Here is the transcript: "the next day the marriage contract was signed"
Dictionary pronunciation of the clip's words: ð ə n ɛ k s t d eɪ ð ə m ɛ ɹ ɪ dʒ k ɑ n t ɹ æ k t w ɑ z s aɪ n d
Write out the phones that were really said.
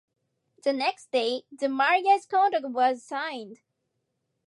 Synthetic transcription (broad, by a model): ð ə n ɛ k s t d eɪ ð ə m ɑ ɹ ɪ z k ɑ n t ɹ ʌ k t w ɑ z s aɪ n d